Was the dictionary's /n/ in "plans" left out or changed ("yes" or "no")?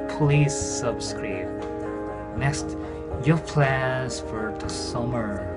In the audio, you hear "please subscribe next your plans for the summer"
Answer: yes